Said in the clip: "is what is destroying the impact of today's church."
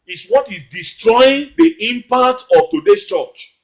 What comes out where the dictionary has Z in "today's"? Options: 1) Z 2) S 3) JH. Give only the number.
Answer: 2